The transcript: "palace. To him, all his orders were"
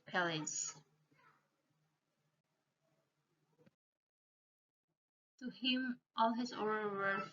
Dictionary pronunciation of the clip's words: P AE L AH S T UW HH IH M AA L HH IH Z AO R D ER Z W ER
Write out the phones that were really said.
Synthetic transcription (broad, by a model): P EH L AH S T UW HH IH M AA L HH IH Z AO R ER W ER